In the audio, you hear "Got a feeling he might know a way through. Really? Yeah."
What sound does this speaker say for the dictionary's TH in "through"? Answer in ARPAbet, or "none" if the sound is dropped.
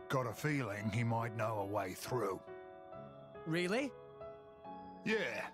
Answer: TH